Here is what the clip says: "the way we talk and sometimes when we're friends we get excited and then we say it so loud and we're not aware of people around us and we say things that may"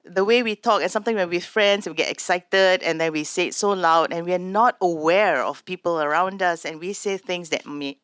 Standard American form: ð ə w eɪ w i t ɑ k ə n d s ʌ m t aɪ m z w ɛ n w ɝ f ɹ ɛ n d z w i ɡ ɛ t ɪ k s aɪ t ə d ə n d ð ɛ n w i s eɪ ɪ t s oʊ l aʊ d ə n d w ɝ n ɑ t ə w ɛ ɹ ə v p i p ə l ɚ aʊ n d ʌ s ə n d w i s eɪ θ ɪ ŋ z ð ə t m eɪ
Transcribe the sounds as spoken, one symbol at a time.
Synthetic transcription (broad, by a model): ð ə w eɪ w i t ɑ k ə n s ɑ m t aɪ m w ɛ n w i f ɹ ɛ n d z w i ɡ ɛ t ɪ k s aɪ t ə d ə n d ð ɛ n w i s eɪ ɪ t s oʊ l aʊ d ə n w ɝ n ɑ t ə w ɛ ɹ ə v p i p ə l ɚ aʊ n d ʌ s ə n w i s eɪ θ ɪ ŋ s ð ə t m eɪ